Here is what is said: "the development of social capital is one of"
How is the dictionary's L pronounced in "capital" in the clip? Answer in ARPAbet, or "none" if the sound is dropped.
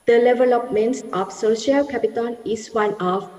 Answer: N